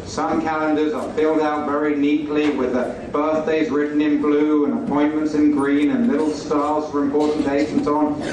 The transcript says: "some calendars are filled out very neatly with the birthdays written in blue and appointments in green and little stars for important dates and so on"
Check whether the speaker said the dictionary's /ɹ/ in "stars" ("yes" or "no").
no